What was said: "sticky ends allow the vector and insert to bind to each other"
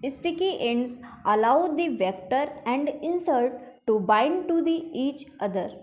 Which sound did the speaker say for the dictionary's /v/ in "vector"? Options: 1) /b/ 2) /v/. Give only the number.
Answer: 2